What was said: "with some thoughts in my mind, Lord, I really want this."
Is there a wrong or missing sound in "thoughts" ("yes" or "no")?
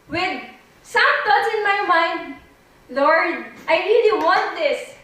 yes